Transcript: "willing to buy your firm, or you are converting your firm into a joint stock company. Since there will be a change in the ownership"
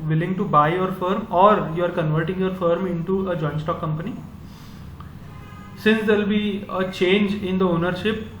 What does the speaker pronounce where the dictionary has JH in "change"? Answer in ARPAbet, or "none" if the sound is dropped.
JH